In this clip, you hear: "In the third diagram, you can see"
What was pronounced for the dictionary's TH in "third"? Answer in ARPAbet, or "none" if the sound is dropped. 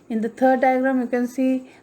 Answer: T